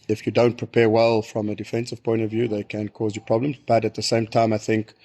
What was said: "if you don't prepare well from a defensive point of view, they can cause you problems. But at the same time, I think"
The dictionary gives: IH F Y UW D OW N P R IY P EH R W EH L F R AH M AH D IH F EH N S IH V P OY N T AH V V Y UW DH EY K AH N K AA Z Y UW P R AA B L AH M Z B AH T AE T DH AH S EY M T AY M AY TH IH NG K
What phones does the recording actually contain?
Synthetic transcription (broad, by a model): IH F Y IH D OW N P R IY P EH R W EH L F R AH M AH D IH F EH N S IH V P OY N T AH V V Y UW DH EY K AH N K AA Z Y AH P R AA B L AH M Z B AH T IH T DH AH S EY M T AY M AY TH IH NG K